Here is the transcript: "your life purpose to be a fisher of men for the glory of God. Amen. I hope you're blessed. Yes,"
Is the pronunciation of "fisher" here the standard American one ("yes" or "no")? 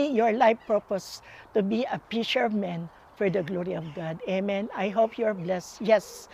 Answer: no